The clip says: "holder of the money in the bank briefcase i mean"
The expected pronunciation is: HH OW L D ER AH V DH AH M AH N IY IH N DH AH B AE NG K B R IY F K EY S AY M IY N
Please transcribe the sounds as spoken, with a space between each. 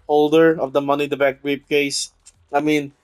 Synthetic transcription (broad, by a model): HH OW L D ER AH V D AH M AH N IY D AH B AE K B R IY P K EY S AY M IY N